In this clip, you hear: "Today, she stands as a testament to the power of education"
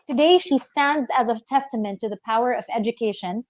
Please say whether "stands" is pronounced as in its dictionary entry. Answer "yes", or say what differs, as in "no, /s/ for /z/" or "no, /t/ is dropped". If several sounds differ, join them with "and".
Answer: yes